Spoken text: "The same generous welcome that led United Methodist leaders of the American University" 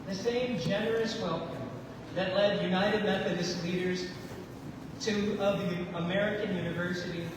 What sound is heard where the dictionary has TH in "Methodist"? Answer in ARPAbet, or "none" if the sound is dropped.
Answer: TH